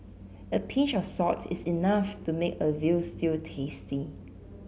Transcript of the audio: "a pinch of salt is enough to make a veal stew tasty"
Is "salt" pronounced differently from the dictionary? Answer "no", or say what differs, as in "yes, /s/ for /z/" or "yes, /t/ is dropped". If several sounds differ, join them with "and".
yes, /l/ is dropped